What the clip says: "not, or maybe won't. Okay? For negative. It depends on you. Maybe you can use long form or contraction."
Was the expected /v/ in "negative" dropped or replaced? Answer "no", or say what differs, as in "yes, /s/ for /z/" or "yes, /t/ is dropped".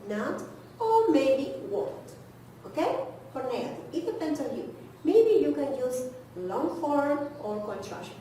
yes, /v/ is dropped